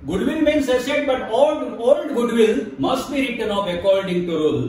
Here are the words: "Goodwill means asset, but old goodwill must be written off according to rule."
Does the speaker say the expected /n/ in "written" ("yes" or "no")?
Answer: yes